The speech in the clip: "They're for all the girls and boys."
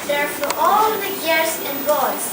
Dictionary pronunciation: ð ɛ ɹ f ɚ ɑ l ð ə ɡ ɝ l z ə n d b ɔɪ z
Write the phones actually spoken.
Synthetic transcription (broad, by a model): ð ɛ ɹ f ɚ ɑ l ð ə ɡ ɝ z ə n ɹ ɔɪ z